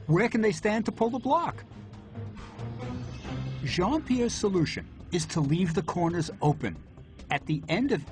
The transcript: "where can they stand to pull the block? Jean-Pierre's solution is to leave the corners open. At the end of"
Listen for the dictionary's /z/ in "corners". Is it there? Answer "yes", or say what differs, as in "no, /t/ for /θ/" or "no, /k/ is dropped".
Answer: yes